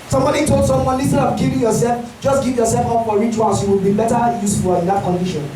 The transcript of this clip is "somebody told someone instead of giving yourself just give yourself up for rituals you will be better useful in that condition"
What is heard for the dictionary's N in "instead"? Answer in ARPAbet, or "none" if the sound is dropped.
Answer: none